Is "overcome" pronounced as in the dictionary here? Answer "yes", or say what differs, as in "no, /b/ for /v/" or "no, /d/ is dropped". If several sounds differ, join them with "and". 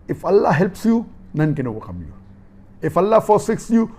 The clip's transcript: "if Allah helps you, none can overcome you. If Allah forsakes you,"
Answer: no, /w/ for /v/